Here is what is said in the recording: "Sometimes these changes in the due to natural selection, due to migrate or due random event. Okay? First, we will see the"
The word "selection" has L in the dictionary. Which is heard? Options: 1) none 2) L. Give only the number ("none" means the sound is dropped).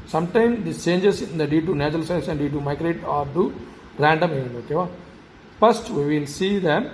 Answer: 1